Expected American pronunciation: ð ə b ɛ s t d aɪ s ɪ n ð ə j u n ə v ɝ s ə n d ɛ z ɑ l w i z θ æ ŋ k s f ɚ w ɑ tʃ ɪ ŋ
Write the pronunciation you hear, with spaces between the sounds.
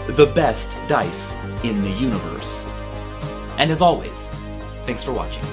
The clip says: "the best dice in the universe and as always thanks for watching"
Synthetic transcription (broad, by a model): ð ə b ɛ s t d aɪ s ɪ n ð ə j u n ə v ɝ s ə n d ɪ z ɑ l w i z θ æ ŋ k s f ɚ w ɑ tʃ ɪ ŋ